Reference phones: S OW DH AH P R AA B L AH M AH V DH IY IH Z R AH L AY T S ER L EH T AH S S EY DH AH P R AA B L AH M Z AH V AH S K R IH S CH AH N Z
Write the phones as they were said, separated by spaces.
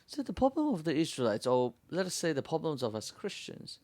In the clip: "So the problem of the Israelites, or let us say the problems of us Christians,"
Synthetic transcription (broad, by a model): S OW DH AH P R AA B L AH M AH V DH IY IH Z R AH L AY T S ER L EH T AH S S EY DH AH P R AA B L AH M Z AH V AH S K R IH S CH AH N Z